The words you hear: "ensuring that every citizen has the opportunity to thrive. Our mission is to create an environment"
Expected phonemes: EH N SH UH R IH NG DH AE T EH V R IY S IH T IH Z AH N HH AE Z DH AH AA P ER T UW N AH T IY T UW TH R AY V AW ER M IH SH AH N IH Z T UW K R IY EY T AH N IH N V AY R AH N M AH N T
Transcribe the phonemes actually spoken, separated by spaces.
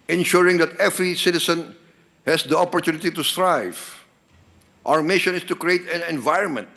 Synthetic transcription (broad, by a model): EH N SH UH R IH NG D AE T EH V R IY S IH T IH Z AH N HH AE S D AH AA P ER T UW N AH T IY T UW T R AY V AW ER M IH SH AH N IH S T UW K R IY EY T AH N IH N V AY R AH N M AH N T